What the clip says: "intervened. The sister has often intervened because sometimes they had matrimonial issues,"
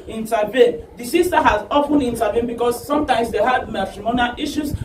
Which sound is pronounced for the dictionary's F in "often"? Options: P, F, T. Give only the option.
P